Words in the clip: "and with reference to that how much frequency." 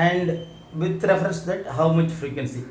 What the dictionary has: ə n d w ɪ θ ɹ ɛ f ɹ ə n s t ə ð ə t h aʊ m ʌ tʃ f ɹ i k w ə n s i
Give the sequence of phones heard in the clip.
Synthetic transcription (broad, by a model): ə n d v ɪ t ɹ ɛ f ɹ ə s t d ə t h aʊ m ʌ tʃ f ɹ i k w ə n s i